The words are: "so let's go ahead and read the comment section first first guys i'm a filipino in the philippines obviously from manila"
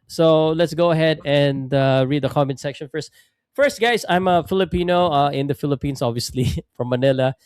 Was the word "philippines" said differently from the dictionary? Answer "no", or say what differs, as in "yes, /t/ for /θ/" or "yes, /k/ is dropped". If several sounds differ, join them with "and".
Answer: yes, /s/ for /z/